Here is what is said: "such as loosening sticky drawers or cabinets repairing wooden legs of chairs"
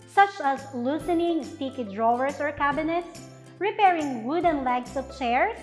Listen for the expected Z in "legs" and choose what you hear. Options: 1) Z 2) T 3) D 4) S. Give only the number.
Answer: 4